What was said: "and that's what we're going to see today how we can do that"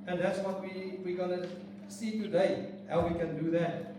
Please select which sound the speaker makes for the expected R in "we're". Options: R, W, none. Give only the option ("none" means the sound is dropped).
W